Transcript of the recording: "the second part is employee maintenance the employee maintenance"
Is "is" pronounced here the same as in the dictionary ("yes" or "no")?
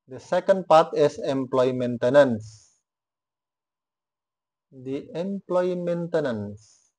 no